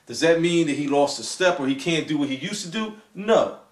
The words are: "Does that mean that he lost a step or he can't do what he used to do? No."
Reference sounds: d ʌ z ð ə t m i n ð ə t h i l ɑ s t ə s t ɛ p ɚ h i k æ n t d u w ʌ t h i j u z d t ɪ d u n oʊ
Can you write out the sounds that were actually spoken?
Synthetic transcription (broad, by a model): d ʌ z ð ə t m i n ð ə t h i l ɑ s t ə s t ɛ p ɚ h i k æ n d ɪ w ʌ t h i j u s t ɪ d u n oʊ